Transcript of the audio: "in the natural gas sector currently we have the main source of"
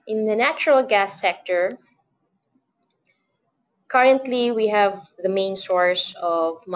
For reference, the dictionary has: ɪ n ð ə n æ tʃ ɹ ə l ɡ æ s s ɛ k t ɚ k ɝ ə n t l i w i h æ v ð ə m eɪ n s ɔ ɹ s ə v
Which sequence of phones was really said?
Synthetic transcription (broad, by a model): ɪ n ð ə n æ tʃ ɹ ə l ɡ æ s s ɛ k t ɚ k ɝ ə n t l i w i h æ v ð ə m eɪ n s ɔ ɹ s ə v